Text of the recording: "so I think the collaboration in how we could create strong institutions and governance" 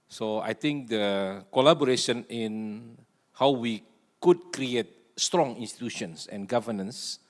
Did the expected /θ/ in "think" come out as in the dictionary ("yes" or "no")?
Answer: no